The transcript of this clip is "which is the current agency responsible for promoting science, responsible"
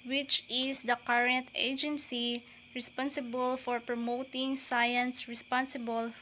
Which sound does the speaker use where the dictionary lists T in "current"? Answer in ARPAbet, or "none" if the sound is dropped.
T